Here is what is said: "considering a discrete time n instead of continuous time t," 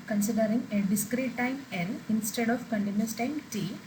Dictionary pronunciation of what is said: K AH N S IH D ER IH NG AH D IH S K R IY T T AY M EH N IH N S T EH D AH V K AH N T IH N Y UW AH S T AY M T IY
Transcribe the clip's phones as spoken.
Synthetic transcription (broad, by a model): K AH N S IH D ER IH NG AH D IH S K R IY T T AY M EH L IH N S T EH D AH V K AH N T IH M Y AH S T AY M T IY